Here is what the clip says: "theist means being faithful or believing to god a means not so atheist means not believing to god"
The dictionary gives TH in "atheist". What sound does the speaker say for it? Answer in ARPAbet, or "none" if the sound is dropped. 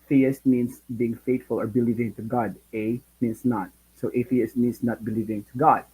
F